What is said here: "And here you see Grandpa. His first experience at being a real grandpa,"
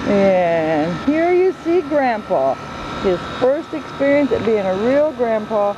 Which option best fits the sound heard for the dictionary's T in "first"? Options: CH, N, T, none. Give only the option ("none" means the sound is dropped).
T